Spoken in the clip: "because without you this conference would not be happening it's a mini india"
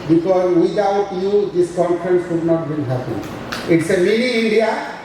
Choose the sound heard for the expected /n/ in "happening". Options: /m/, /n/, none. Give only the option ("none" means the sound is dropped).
none